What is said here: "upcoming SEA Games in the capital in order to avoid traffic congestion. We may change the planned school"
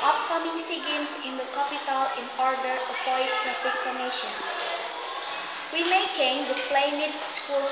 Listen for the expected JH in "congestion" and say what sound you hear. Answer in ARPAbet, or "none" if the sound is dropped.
none